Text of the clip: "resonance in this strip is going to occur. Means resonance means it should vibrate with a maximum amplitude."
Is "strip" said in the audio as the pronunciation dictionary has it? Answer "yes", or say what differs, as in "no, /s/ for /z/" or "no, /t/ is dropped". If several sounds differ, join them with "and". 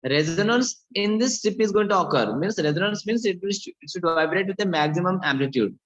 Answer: no, /ɹ/ is dropped